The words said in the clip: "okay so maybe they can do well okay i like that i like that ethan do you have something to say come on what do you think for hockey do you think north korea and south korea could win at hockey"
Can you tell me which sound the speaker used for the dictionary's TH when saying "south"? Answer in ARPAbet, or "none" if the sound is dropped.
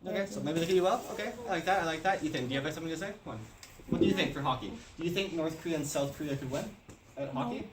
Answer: TH